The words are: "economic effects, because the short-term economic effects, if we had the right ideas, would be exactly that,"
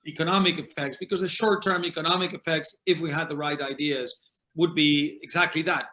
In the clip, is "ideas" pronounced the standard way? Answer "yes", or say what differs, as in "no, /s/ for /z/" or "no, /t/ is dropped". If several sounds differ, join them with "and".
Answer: yes